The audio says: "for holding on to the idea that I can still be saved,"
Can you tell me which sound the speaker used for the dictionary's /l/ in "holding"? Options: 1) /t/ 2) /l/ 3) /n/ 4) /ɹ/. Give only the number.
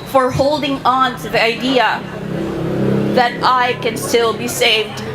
2